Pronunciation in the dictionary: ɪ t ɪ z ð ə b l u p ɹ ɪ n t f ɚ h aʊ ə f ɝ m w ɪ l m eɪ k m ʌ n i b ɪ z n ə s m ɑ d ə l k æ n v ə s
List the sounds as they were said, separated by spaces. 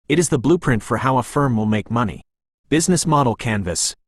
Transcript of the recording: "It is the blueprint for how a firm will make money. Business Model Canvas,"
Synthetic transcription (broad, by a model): ɪ t ɪ z ð ə b l u p ɹ ɪ n t f ɚ h aʊ ə f ɝ m w ɪ l m eɪ k m ʌ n i b ɪ z n ə s m ɑ d l k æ n v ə s